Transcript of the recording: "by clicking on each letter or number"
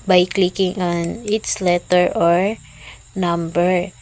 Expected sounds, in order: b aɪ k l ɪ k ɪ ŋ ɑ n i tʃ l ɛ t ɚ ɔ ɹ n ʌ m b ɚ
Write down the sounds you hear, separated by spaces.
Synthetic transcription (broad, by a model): b aɪ k l ɪ k ɪ ŋ ɑ n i s l ɛ t ɚ ɔ ɹ n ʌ m b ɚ